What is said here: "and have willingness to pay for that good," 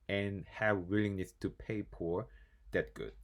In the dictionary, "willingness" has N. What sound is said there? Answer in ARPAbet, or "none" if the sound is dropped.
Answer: N